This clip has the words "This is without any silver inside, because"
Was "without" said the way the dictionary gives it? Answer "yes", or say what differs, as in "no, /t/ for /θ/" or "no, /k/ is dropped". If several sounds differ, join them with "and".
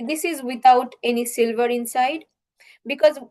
no, /t/ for /θ/